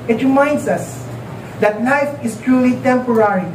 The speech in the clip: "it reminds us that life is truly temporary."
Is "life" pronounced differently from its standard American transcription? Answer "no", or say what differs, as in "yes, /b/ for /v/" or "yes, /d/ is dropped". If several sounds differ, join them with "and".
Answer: yes, /n/ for /l/